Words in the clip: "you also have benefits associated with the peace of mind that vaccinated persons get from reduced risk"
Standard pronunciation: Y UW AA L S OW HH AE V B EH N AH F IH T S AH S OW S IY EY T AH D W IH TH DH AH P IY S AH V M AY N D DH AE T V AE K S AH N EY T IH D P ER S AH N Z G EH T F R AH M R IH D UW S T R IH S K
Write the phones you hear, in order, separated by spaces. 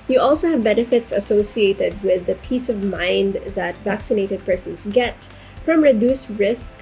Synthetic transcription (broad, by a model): Y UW AA L S OW HH AE V B EH N AH F IH T S AH S OW S IY EY T AH D W IH DH AH P IY S AH V M AY N D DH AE T V AE K S AH N EY T IH D P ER S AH N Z G EH T F R AH M R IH D UW S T R IH S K